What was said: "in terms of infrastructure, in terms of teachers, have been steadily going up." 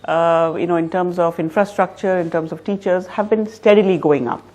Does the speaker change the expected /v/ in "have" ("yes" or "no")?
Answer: no